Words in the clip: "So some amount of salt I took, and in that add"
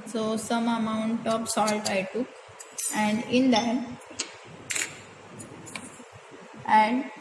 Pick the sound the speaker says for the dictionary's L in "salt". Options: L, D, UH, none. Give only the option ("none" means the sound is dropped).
L